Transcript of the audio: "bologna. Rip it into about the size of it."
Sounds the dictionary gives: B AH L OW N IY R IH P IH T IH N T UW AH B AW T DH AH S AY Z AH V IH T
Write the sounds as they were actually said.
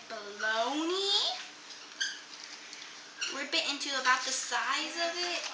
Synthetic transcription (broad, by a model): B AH L OW N IY W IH B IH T IH N T UW AH B AW T DH AH S AY Z AH V IH T